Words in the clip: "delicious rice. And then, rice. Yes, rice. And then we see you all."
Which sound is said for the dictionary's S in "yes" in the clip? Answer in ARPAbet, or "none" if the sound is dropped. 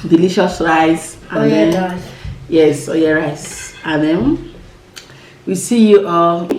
none